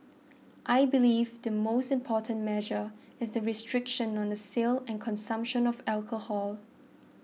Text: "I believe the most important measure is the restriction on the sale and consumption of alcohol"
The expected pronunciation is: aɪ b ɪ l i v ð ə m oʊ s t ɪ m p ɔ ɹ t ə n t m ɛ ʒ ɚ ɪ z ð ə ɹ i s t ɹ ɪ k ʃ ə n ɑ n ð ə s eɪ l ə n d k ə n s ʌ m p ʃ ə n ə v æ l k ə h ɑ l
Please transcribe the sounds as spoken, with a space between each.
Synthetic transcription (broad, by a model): aɪ b ɪ l i v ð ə m oʊ s t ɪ m p ɔ t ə n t m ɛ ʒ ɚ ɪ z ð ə ɹ i s t ɹ ɪ k ʃ ə n ɑ n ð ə s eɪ l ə n k ə n s ʌ m p ʃ ə n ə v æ l k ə h ɑ l